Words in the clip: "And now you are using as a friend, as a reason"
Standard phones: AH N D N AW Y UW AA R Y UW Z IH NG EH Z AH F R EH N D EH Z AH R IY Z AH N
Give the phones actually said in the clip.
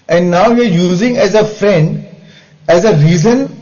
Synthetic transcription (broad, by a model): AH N D N AW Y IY AA R Y UW Z IH NG EH Z AH F R EH N D EH Z AH R IY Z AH N